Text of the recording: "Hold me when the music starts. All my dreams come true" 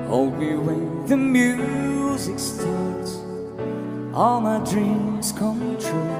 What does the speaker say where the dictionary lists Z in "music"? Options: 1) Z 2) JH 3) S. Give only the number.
1